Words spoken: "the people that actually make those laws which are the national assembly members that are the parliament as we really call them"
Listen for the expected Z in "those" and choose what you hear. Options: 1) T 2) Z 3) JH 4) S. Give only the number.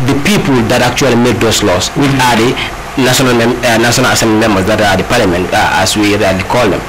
4